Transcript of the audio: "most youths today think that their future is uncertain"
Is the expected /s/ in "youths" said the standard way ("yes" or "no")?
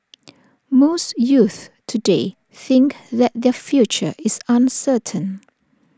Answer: no